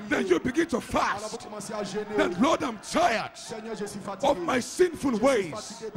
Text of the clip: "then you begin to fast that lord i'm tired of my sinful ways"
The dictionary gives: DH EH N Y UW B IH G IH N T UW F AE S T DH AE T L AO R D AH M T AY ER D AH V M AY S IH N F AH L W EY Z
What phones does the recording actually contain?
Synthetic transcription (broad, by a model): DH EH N Y UW B IH G IH N T UW F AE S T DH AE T L AO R D AH M T AY ER D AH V M AY S IH N F AH L W EY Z